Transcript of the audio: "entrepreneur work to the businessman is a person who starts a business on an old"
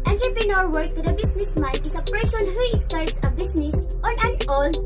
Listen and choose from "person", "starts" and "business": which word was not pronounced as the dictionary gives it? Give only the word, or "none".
business